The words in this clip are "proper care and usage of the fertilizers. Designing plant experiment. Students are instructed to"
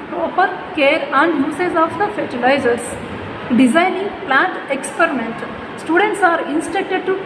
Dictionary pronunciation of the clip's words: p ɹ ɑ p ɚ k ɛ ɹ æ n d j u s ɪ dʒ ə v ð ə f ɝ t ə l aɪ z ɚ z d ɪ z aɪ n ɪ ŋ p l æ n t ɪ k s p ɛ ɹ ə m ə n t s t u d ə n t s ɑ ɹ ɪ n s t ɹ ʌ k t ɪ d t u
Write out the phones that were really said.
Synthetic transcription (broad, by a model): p ɹ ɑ p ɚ k ɛ ɹ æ n d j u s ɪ z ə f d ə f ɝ t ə l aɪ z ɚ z d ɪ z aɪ n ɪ ŋ p l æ n t ɪ k s p ɛ ɹ ə m ə n t s t u d ə n t s ɑ ɹ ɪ n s t ɛ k t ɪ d t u